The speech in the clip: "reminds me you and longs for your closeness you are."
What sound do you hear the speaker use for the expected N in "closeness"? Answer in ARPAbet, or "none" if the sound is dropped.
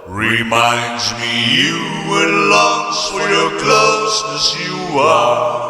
none